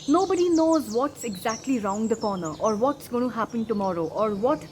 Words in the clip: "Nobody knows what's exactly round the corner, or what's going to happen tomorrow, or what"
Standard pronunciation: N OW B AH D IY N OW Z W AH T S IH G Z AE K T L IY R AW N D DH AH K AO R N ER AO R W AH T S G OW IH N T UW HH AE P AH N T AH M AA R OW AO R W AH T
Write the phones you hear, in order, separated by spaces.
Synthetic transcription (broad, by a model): N OW B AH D IY N OW Z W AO T S IH G Z AE K T L IY R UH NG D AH K AO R N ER AO R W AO T S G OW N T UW HH AE P AH N T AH M AA R OW AO R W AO T